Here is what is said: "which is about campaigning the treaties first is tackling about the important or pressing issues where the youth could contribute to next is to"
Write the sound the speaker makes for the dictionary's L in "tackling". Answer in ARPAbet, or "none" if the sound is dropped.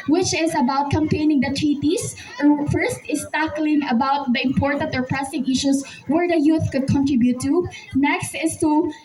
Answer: L